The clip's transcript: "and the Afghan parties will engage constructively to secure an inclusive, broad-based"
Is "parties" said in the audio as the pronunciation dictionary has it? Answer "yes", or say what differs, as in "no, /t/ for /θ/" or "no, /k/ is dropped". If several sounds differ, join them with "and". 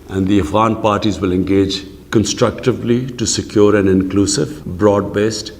yes